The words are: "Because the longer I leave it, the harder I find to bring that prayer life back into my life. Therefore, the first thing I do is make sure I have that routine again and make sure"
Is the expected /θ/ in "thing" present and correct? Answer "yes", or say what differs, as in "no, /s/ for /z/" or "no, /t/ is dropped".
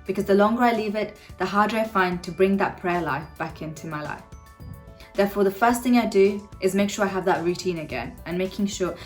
yes